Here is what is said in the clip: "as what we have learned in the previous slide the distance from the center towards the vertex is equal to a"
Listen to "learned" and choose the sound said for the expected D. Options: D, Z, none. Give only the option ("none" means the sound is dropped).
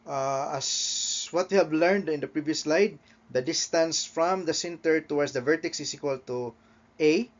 D